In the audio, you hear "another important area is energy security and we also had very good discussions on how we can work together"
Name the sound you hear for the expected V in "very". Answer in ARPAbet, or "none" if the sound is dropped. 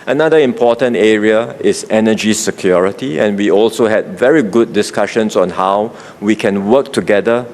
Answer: V